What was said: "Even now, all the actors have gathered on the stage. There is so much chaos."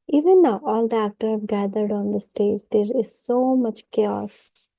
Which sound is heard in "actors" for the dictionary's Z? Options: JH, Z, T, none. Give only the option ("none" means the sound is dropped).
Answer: none